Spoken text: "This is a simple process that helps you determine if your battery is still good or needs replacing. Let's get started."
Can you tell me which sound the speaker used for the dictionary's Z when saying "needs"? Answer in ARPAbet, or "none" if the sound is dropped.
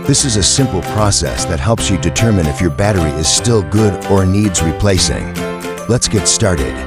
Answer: Z